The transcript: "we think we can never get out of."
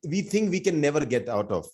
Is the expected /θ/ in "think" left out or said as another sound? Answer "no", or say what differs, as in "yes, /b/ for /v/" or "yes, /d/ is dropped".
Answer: yes, /t/ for /θ/